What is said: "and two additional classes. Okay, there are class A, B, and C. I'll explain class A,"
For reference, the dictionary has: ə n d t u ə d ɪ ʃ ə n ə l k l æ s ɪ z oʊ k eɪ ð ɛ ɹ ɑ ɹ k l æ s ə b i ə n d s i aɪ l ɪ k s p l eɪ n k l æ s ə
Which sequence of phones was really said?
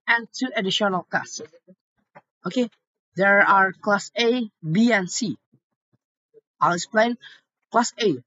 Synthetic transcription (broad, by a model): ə n t u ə d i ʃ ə n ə l k ɑ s oʊ k eɪ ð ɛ ɹ ɑ ɹ k l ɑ s ə b i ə n s i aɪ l ɪ k s p l eɪ n k l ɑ s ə